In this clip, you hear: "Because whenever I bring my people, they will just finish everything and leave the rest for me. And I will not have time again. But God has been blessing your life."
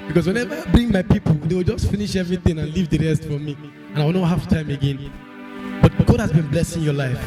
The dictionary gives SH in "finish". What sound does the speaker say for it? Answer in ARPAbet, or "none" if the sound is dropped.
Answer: SH